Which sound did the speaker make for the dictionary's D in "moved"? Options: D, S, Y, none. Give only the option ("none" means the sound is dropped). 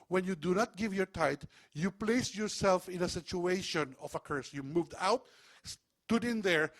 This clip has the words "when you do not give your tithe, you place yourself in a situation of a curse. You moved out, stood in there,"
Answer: D